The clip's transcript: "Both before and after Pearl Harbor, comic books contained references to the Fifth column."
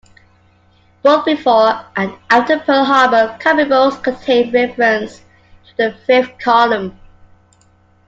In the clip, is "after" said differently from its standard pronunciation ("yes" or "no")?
yes